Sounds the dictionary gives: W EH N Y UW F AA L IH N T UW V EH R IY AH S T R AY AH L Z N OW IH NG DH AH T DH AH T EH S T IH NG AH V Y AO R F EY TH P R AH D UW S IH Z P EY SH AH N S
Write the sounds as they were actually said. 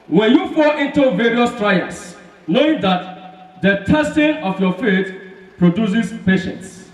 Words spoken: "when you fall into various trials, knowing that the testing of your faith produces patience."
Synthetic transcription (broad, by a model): W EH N Y UW F AA L IH N T UW V EH R IY AH S T R AY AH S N OW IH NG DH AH T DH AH T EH S T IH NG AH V Y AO F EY T P R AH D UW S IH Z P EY SH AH N S